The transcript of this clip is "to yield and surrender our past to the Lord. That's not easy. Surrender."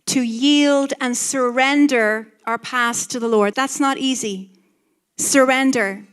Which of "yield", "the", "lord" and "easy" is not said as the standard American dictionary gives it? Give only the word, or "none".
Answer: none